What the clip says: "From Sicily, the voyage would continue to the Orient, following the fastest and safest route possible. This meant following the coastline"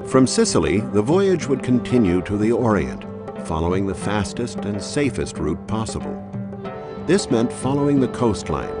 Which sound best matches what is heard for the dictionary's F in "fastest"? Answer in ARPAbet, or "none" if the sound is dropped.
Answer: F